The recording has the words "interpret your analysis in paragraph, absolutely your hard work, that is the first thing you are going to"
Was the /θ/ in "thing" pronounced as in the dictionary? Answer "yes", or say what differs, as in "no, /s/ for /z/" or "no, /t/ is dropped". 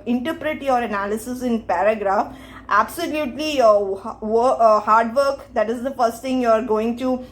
no, /t/ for /θ/